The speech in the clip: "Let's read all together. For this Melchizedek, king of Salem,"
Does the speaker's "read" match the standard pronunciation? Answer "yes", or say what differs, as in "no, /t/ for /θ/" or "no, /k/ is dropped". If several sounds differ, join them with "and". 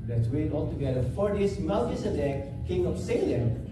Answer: no, /w/ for /ɹ/